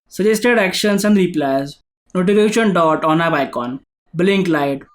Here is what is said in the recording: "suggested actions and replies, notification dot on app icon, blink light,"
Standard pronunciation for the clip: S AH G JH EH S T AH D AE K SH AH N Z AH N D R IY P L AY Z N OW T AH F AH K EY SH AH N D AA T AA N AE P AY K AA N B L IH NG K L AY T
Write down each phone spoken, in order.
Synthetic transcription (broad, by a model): S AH JH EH S T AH D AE K SH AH N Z AH N D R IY P L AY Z N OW T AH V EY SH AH N D AA T AA N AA B AY K AA N B L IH NG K L AY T